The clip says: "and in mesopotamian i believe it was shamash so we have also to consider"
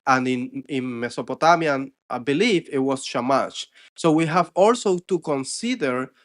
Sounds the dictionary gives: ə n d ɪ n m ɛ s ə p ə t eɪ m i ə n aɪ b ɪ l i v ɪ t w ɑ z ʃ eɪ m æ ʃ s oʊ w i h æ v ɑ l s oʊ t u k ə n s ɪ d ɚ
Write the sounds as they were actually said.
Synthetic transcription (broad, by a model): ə n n ɪ n m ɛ s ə p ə t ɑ m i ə n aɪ b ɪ l i f ɪ t w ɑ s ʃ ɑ m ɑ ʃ s oʊ w i h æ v ɑ l s oʊ t u k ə n s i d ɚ